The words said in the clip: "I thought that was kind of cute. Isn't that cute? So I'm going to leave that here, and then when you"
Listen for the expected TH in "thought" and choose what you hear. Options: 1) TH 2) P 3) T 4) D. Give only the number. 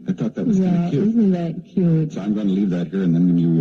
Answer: 1